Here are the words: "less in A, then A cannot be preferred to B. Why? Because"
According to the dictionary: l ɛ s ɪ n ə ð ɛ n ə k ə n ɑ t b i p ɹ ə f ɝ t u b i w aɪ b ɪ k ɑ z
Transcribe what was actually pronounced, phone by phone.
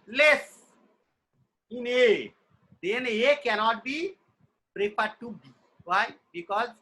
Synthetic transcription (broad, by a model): l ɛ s ɪ n ə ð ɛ n ə k ə n ɑ t b i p ɹ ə p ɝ t u b i w aɪ b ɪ k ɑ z